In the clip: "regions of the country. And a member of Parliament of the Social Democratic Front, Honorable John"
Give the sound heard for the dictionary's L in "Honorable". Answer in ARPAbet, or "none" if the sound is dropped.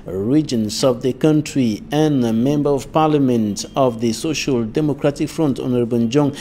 N